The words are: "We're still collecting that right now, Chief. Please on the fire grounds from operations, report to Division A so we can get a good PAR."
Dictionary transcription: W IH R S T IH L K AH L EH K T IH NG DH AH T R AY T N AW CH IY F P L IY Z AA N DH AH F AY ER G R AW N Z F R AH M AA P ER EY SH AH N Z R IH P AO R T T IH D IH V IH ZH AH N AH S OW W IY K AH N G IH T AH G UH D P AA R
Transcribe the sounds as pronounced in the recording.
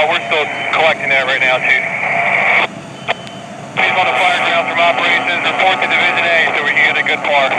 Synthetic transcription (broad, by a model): W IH R S T IH L K AH L EH K T IH NG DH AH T R AY T N AW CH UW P IY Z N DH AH F AY ER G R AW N F R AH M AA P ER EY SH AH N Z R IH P AO R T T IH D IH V IH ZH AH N AH S OW W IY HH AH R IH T AH G UH D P AA R